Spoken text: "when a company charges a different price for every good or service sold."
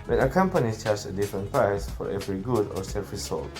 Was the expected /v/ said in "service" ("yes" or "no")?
no